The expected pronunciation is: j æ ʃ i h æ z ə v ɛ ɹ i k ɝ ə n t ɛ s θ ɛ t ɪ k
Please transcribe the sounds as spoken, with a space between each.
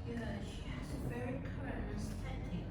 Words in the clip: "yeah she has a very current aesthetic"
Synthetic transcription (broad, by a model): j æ ʃ i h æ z ə v ɛ ɹ i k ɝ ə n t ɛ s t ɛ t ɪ